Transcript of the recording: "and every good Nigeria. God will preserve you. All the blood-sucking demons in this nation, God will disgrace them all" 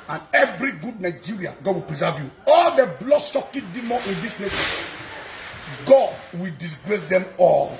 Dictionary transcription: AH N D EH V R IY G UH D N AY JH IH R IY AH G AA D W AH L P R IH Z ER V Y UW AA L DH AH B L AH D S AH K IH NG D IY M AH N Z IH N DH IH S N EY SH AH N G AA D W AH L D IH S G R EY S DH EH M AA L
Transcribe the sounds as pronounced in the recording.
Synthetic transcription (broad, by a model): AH N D EH V R IY G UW D N AY JH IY R IY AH G AA D W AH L P R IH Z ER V Y UW AA L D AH B L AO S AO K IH D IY M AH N IH N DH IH S L EY S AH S G AA D W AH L D IH S G R EY S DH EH M AA L